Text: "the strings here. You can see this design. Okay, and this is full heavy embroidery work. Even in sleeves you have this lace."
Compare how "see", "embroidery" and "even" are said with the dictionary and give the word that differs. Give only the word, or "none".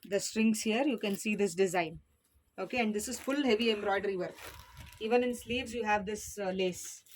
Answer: none